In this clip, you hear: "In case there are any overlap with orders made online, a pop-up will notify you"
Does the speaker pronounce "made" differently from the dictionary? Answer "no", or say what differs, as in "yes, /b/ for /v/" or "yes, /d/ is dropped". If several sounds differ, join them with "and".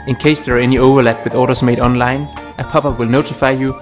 no